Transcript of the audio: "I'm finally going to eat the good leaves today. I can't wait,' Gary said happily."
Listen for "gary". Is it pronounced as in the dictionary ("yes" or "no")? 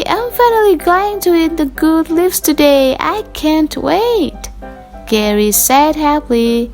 yes